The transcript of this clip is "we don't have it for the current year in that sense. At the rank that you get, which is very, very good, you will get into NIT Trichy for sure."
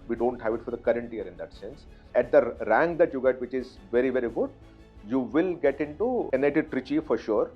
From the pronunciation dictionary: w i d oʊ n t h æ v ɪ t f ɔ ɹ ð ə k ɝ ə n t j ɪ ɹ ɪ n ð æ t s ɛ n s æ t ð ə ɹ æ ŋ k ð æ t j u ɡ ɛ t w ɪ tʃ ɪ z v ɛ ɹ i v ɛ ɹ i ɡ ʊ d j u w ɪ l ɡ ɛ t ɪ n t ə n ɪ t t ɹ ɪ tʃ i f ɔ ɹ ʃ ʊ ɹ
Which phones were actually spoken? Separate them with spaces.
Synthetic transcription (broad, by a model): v i d oʊ n t h æ v ɪ t f ɔ ɹ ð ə k ɝ ə n t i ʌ ɹ ɪ n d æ t s ɛ n s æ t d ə ɹ æ ŋ k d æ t j u ɡ ɛ t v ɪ tʃ ɪ z v ɛ ɹ i v ɛ ɹ i ɡ ʊ d j u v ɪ l ɡ ɛ t ɪ n t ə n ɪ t t ɹ ɪ tʃ i f ɔ ɹ ʃ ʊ ɹ